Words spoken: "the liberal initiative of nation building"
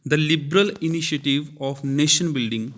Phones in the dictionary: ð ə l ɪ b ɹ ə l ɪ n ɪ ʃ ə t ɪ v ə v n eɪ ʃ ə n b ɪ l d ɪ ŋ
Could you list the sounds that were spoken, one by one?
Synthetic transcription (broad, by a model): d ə l ɪ b ɹ ə l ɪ n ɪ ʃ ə t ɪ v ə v n eɪ ʃ ə n b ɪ l d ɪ ŋ